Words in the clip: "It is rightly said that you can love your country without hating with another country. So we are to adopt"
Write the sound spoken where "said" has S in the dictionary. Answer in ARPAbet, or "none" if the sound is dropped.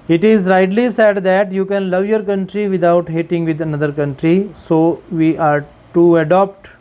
S